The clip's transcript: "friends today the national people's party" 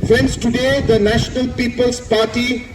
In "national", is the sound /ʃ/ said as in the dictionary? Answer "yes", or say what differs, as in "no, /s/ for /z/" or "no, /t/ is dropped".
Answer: yes